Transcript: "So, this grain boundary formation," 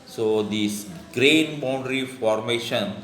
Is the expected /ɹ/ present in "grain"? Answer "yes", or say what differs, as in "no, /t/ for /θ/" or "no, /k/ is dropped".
yes